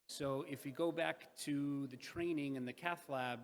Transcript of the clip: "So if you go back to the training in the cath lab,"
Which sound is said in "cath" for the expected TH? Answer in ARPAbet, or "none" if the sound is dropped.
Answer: TH